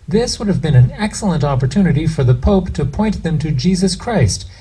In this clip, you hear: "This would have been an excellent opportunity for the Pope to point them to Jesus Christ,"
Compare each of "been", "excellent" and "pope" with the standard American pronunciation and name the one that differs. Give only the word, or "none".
none